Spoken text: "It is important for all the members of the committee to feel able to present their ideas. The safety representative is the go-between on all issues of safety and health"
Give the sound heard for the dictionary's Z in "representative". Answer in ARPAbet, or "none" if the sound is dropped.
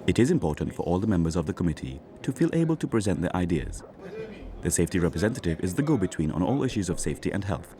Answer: Z